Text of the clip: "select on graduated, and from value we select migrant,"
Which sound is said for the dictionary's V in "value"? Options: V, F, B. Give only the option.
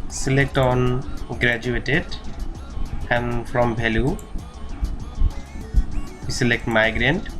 B